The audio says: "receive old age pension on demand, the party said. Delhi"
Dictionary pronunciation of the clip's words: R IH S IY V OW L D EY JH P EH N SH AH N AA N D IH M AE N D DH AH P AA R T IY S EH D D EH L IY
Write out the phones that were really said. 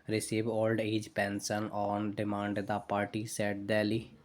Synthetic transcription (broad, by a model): R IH S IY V OW L D EY JH P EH N S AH N AA N D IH M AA N D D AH P AA R T IY S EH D D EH L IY